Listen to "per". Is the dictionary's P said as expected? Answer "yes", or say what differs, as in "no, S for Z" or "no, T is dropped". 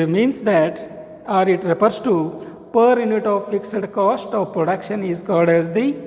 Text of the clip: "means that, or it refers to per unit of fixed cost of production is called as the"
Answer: yes